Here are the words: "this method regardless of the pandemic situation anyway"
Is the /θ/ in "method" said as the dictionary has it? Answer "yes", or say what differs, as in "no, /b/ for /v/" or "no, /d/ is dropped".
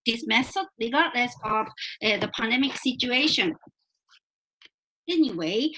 no, /s/ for /θ/